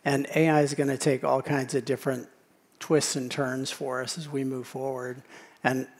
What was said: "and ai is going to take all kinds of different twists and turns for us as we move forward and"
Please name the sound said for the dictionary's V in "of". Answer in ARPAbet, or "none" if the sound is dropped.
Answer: V